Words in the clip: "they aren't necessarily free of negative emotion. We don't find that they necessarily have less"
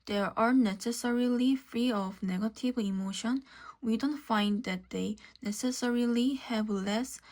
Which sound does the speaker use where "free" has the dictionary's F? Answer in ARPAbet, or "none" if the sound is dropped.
F